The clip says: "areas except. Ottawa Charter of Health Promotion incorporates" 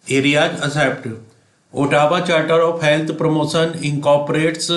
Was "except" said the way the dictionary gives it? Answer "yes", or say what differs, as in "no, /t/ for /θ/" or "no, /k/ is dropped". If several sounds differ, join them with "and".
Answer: no, /k/ is dropped